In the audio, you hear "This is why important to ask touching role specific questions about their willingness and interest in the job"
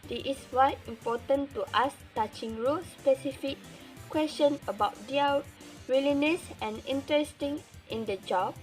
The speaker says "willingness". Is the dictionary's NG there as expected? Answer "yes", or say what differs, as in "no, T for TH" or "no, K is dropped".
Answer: no, NG is dropped